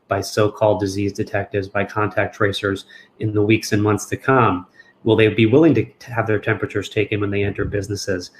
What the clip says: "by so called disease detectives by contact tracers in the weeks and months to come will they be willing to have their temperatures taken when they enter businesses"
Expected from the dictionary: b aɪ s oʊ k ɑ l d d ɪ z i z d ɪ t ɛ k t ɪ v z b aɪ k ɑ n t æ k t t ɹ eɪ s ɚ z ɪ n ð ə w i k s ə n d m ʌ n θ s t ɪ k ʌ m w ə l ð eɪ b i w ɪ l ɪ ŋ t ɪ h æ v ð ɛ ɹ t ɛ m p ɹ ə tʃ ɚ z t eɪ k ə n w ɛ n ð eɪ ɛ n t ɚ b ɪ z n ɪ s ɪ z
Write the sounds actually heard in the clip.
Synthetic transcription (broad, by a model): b aɪ s oʊ k ɑ l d d ɪ z i z d ɪ t ɛ k t ɪ v z b aɪ k ɑ n t æ k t t ɹ eɪ s ɚ z ɪ n ð ə w i k s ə n m ʌ n θ s t ɪ k ʌ m w ə l ð eɪ b i w ɪ l ɪ ŋ t ɪ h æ v ð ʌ ɹ t ɛ m p ɹ ə tʃ ɚ z t eɪ k ə n w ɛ n ð eɪ ɛ n t ɚ b ɪ z n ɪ s ɪ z